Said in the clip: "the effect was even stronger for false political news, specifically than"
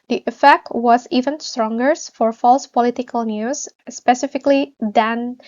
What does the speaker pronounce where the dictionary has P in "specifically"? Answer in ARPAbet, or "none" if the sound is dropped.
P